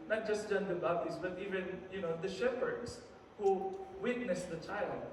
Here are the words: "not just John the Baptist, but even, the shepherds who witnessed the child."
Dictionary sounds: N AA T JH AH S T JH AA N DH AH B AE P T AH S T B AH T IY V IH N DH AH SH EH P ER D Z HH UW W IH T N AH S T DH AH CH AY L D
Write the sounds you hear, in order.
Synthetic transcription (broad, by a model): N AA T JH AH S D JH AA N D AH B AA T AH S B AH T IY V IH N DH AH SH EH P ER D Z HH UW W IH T N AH S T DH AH CH AY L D